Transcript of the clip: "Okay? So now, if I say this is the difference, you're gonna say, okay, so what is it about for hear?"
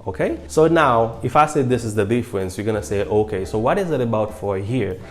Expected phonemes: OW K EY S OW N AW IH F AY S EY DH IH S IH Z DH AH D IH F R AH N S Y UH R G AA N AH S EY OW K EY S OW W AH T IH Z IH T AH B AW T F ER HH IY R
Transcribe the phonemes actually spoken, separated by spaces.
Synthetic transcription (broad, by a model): OW K EY S OW N AW IH F AY S EY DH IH S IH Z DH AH D IH F R AH N S Y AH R G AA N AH S EY OW K EY S OW W AH T IH Z IH T AH B AW T F ER HH IY R